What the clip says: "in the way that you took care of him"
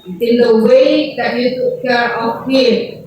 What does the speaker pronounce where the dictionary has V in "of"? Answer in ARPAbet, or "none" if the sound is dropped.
P